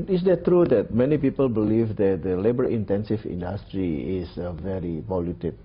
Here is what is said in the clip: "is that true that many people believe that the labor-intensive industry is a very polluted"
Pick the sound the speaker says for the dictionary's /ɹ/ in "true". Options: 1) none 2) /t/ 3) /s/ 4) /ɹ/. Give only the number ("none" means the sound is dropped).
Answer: 4